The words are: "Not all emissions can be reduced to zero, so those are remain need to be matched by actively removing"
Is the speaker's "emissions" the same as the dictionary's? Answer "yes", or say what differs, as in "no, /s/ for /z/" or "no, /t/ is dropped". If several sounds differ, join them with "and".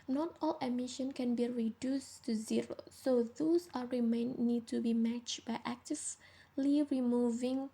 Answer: no, /z/ is dropped